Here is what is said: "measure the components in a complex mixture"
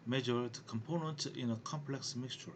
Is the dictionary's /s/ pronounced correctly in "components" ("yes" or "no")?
no